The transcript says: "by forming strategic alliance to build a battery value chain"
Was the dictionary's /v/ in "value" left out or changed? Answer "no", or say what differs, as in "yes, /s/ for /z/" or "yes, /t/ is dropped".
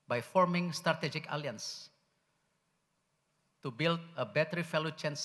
yes, /f/ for /v/